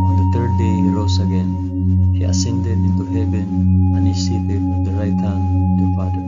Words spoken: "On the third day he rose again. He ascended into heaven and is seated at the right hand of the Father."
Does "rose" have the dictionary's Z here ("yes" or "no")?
no